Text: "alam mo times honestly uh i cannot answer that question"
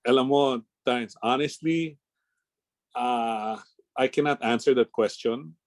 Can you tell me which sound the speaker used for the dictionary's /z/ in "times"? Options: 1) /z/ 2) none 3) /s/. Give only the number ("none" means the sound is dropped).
3